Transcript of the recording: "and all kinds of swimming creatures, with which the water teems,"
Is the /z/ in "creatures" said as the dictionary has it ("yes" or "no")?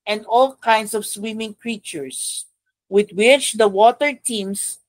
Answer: no